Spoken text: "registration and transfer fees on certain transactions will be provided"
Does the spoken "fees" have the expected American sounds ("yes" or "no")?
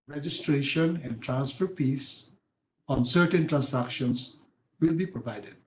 no